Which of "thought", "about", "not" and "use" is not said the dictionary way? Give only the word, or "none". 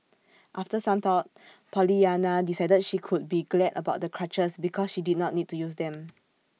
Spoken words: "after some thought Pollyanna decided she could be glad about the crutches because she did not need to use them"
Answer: thought